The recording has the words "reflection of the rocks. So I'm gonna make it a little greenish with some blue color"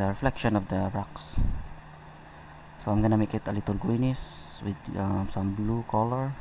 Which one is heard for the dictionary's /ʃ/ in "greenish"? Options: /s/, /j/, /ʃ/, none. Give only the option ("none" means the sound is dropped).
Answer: /s/